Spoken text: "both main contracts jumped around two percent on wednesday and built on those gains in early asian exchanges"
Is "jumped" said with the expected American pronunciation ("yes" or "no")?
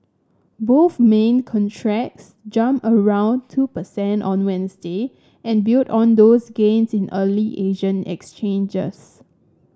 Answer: no